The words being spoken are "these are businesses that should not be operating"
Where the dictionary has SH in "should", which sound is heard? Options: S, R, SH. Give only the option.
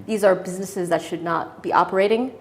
SH